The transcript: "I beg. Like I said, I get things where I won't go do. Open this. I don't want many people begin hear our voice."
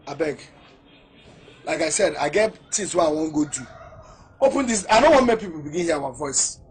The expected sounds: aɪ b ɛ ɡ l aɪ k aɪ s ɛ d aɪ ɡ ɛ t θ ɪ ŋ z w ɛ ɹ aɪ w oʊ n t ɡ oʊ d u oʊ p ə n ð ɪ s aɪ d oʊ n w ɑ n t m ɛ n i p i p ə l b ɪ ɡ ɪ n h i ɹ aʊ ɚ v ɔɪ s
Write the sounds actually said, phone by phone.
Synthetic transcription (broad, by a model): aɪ b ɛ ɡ l aɪ k aɪ s ɛ d aɪ ɡ ɛ t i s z w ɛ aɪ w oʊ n ɡ oʊ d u oʊ p ə n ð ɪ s aɪ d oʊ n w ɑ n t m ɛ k p i p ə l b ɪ ɡ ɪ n h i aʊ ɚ v ɔɪ s